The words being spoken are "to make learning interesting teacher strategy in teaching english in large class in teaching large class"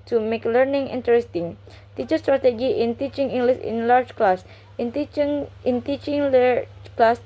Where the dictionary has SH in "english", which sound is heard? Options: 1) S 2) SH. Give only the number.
1